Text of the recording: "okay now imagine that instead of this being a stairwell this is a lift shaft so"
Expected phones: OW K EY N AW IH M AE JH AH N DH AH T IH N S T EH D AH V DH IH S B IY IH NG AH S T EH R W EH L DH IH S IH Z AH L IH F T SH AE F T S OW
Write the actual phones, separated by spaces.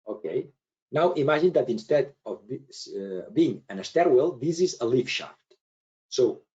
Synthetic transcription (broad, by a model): OW K EY N AW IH M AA ZH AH N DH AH T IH N S T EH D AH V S B IY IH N AH S T EH R W EH L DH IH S IH Z AH L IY F SH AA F T S OW